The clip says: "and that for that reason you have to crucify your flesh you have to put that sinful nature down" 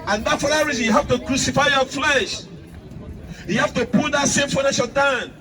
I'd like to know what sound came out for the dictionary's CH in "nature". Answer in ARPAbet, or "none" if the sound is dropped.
SH